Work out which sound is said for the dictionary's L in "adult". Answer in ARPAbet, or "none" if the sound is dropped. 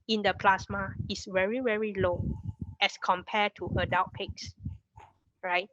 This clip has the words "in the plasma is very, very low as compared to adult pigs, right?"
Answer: W